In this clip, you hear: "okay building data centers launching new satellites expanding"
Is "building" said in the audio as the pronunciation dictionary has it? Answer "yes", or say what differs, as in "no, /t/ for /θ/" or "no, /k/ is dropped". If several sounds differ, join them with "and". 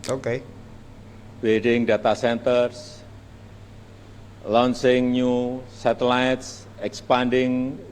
no, /l/ is dropped